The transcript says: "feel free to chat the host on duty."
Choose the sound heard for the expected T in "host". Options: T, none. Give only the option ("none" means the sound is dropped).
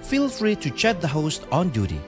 T